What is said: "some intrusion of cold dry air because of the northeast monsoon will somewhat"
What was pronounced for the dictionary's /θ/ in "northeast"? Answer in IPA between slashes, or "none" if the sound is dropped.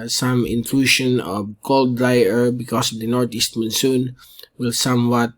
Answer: /t/